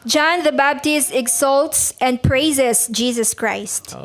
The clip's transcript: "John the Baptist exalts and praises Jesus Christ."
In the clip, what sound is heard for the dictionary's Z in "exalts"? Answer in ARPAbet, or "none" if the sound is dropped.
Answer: S